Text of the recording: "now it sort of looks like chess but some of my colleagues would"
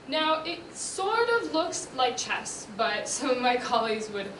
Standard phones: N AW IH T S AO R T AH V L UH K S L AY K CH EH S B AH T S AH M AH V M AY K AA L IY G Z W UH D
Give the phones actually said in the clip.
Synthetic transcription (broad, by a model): N AW IH T S AO R T AH V L UH K S L AY K CH EH S B AH T S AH AH M AY K AA L IY G Z W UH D